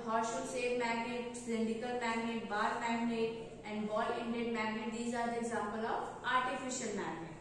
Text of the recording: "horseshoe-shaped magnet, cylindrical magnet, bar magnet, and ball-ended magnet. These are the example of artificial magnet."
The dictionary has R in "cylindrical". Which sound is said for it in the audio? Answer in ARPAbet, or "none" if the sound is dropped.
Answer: none